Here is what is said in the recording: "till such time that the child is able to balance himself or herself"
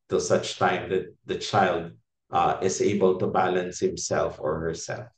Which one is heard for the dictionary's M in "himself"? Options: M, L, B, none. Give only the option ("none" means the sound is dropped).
M